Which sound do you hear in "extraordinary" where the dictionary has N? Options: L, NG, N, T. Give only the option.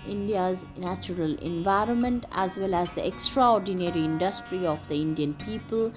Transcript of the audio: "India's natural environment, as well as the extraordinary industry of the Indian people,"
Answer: N